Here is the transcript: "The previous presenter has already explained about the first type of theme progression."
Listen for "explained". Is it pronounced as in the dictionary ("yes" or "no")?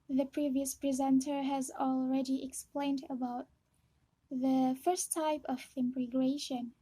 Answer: yes